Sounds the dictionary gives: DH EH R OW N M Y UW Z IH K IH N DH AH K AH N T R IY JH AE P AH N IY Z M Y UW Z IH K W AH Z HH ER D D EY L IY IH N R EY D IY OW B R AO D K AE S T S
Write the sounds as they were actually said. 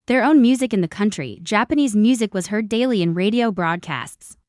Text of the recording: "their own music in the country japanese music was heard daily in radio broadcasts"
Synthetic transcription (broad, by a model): DH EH R OW N M Y UW Z IH K IH N DH AH K AH N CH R IY JH AE P AH N IY Z M Y UW Z IH K W AH Z HH ER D D EY L IY IH N R EY D IY OW B R AO D K AE S T S